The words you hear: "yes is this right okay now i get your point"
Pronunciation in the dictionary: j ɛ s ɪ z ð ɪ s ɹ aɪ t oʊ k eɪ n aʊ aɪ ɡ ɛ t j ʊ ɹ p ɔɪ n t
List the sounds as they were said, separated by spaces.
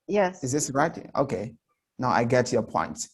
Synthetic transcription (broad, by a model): j ɛ s ɪ z ð ɪ s ɹ aɪ t oʊ k eɪ n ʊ aɪ ɡ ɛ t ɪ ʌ p ɔɪ n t